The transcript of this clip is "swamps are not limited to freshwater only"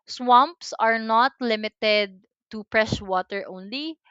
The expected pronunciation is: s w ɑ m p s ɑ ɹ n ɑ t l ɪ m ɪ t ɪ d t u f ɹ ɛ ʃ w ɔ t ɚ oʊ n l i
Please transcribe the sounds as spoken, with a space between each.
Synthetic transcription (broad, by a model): s w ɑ m p s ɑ ɹ n ɑ t l ɪ m ɪ t ɪ d t u p ɹ ɛ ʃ w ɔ t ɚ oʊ n l i